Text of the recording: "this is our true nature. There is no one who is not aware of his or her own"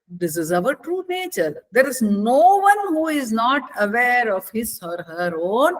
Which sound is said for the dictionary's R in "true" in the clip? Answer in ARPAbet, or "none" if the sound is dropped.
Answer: R